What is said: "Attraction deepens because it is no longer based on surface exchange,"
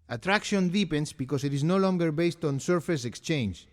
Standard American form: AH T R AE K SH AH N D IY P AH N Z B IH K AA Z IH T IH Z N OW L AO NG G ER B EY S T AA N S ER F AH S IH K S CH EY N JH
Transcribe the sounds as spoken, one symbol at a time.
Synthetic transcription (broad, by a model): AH T R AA K SH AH N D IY P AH N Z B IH K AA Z IH T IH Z N OW L AO NG G ER B EY S T AA N S ER F AH S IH K S CH EY N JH